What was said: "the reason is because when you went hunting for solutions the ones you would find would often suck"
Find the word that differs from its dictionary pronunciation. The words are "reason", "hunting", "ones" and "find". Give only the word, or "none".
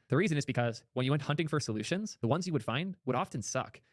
none